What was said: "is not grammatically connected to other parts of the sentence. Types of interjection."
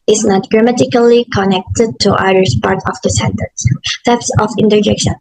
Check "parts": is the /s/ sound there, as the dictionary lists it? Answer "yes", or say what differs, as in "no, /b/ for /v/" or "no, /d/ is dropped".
no, /s/ is dropped